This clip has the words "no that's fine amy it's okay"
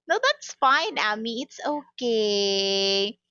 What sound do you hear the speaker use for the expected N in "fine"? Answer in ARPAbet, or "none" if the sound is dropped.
N